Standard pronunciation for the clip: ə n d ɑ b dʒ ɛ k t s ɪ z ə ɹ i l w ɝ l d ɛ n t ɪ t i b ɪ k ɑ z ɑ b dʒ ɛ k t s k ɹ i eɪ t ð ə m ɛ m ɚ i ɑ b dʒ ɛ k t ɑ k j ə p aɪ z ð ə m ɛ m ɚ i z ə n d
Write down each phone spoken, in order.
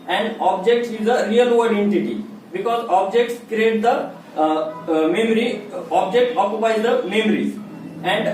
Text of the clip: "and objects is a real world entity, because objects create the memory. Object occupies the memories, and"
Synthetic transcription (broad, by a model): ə n d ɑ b dʒ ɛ k t s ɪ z ə ɹ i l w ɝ d ɛ n t ɪ t i b ɪ k ɑ z ɑ b dʒ ɛ k t s k ɹ i eɪ t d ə m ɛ m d i ɑ b dʒ ɛ k t ɑ k j ə p aɪ z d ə m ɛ m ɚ i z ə n d